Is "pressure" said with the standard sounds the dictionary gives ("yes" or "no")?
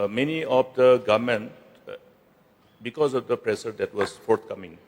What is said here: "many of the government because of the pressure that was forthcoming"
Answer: no